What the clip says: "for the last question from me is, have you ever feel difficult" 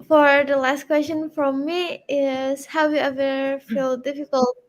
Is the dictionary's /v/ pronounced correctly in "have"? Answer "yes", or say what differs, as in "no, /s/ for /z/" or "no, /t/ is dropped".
no, /w/ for /v/